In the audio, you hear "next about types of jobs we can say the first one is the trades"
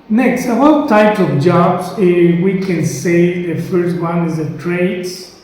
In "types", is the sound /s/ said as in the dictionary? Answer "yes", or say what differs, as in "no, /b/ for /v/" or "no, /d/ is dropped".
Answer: no, /s/ is dropped